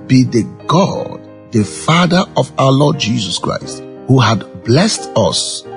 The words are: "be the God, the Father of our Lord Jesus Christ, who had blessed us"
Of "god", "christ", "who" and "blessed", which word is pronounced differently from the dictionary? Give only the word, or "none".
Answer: none